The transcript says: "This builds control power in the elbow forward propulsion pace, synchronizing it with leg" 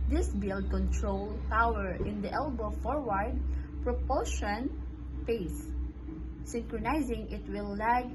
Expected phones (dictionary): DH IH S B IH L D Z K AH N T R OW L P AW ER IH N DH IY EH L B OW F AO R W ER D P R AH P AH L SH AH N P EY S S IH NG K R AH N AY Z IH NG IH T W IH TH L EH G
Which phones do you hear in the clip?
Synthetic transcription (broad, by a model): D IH S B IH L D K AH N T R OW L P AW ER IH N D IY EH L B OW F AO R W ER D P R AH P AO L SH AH N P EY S S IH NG K R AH N AY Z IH NG IH T W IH L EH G